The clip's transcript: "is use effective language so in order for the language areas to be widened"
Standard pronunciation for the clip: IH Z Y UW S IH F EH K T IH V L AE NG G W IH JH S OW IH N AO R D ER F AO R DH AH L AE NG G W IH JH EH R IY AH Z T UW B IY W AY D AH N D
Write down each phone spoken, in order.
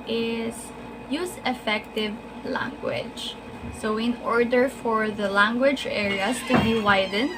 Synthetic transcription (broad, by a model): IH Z Y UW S IH F EH K T IH V L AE NG G W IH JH S OW IH N AO R D ER F AO R DH AH L AE NG G W IH JH EH R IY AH S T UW B IY W AY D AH N